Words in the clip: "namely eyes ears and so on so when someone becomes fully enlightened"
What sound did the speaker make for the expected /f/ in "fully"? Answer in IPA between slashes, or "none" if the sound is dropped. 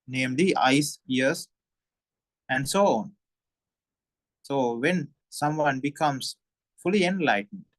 /f/